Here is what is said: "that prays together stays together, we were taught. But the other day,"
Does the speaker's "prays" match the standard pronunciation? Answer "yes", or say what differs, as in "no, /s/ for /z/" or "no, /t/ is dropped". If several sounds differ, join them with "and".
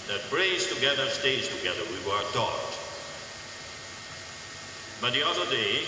no, /b/ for /p/